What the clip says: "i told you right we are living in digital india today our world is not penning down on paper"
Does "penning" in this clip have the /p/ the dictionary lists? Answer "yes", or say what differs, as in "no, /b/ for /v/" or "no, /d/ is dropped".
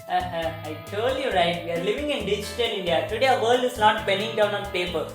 no, /b/ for /p/